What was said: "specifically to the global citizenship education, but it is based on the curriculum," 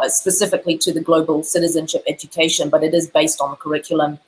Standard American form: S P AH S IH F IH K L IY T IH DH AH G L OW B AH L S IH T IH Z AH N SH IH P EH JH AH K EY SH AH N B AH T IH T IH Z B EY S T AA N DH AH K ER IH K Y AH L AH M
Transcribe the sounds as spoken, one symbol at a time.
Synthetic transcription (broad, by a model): S P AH S IH F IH K L IY T IH DH AH G L OW B AH L S IH T IH Z AH N SH IH P EH JH AH K EY SH AH N B AH T IH T IH Z B EY S T N DH AH K ER IH K Y L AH M